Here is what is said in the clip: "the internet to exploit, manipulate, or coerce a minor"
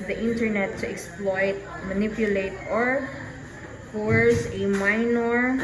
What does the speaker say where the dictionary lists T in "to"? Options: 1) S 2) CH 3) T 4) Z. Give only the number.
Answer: 3